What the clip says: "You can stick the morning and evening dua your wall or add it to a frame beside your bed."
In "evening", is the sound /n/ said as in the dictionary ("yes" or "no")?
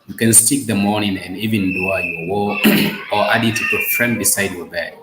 no